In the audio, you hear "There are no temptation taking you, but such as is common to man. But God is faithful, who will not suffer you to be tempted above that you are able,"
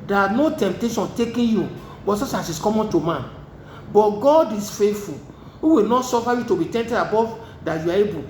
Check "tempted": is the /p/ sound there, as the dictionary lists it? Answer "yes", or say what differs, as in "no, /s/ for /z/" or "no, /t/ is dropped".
no, /p/ is dropped